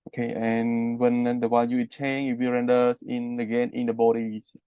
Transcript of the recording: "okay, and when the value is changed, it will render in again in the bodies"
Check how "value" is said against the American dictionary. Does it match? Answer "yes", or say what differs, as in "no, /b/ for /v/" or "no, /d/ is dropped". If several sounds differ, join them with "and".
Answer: no, /w/ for /v/